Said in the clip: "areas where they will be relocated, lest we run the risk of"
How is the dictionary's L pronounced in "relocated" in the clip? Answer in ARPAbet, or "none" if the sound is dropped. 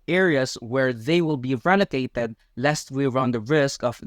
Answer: N